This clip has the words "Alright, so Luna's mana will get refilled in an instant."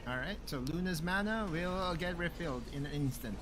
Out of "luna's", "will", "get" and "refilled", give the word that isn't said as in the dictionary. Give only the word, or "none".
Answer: none